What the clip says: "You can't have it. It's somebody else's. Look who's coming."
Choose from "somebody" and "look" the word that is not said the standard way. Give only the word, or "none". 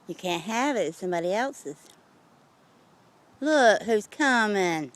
none